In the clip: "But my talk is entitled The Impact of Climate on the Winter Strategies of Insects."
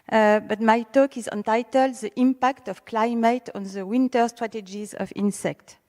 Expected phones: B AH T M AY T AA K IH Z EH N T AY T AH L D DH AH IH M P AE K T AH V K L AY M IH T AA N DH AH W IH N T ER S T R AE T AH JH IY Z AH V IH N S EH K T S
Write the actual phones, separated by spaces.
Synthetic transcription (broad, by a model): B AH T M AY T AA K IH Z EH N T AY T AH L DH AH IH M P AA K T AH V K L AY M IH T AA N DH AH W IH N T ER S T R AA T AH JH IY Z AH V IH N S EH K T